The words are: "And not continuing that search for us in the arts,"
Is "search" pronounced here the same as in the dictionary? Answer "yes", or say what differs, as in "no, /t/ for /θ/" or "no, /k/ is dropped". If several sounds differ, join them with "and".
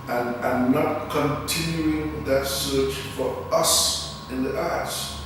yes